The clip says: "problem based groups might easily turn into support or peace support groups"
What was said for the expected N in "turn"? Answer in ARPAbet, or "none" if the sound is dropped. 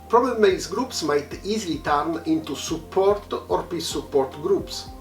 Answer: N